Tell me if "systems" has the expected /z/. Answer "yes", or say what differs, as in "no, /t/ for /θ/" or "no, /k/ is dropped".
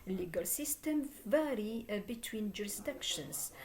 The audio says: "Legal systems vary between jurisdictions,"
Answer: no, /z/ is dropped